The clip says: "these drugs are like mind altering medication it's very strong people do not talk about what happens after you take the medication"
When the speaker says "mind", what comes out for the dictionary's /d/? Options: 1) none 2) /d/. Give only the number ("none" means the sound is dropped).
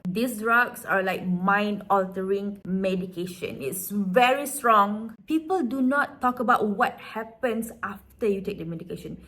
2